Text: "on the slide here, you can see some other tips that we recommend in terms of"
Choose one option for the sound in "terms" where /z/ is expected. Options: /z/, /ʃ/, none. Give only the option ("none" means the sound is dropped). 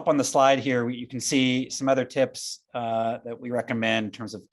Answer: /z/